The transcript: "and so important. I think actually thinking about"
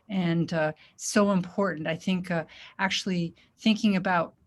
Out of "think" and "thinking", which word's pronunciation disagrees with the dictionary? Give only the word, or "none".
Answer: none